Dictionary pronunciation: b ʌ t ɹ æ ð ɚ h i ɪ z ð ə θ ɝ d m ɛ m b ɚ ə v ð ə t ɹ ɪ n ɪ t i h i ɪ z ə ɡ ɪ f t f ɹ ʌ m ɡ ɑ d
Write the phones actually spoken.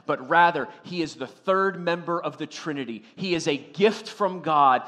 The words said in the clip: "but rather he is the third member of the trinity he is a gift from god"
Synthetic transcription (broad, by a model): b ʌ t ɹ æ ð ɚ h i ɪ z ð ə θ ɝ d m ɛ m b ɚ ə v ð ə t ɹ ɪ n ɪ t i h i ɪ z ə ɡ ɪ f t f ɹ ʌ m ɡ ɑ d